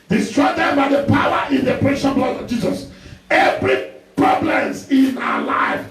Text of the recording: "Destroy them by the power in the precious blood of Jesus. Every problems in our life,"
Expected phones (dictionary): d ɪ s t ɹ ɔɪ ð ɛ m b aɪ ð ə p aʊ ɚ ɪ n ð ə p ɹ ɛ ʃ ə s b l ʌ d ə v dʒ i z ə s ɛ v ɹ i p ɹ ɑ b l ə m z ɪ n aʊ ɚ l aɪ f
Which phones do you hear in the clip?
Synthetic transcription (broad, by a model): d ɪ s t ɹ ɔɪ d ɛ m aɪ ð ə p aʊ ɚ ɪ n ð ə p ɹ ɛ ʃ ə b l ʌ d ə v dʒ i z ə s ɛ v ɹ i p ɹ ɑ b l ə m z ɪ n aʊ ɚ l aɪ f